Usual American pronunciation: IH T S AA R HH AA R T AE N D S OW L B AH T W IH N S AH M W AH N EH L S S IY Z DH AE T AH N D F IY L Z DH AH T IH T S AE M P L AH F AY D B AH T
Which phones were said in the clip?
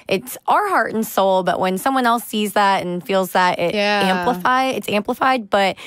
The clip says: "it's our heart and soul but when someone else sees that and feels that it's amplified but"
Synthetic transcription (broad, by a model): IH T S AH R HH AA R T N S OW L B AH T W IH N S AH M W AH N EH L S S IY Z DH AE T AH N F IY L Z DH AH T IH T S AE M P L AH F AY D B AH T